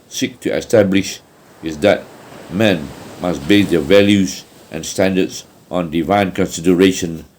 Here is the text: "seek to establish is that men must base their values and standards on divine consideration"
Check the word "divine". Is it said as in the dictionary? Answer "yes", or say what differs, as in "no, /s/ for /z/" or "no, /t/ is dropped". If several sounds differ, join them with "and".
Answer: yes